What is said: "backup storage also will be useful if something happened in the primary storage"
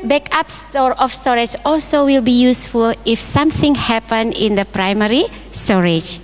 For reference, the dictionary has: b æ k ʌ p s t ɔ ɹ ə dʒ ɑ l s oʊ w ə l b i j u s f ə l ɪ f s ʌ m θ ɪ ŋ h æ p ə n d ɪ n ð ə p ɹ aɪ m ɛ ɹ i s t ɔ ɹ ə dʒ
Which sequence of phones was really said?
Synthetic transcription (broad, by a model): b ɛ k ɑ p s t ɔ ɹ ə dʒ ɑ l s oʊ w ə l b i j u s f ə l ɪ f s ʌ m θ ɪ ŋ h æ p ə n ɪ n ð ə p ɹ aɪ m ɛ ɹ i s t ɔ ɹ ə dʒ